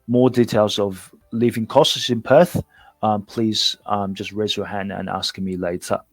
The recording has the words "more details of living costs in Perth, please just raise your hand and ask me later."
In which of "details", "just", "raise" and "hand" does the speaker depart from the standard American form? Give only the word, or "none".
none